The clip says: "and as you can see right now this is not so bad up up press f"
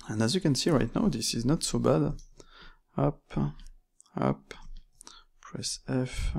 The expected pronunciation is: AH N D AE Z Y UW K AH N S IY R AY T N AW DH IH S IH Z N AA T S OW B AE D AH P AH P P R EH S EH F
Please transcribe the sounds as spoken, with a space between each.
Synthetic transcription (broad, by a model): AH N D AE Z Y UW K AH N S IY R AY T N AW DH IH S IH Z N AA T S OW B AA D AH P AH P P R EH S EH F